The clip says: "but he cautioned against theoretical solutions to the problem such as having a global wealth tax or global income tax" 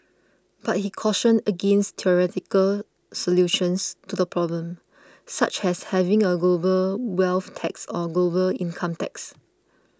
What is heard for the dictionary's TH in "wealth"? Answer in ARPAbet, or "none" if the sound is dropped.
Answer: F